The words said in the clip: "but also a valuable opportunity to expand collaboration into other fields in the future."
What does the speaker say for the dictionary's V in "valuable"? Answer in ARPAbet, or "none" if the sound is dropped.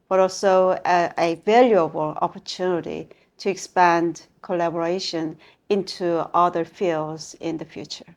V